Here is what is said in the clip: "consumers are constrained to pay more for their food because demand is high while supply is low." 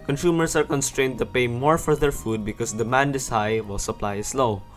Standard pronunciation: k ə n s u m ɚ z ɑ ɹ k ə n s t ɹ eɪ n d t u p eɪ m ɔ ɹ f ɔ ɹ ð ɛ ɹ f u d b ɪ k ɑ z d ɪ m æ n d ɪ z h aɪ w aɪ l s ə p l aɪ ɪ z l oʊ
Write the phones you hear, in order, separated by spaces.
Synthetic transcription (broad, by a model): k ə n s u m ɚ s ɑ ɹ k ə n s t ɹ eɪ n d t u p eɪ m ɔ ɹ f ɔ ɹ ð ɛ ɹ f u d b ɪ k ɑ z d ɪ m æ n d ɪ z h aɪ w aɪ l s ə p l aɪ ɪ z l oʊ